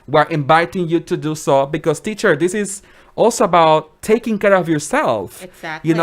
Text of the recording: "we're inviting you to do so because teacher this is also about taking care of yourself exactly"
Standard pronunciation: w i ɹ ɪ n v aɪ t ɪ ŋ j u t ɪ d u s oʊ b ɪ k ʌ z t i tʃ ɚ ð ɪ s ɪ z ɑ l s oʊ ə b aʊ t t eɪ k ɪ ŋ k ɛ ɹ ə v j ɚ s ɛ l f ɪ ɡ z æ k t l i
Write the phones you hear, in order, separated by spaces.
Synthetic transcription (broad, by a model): w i ɹ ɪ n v aɪ t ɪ ŋ j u t ɪ d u s oʊ b ɪ k ʌ z t i tʃ ɚ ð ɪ s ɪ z ɑ l s oʊ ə b aʊ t t eɪ k ɪ ŋ k ɛ ɹ ə v j ɚ s ɛ l f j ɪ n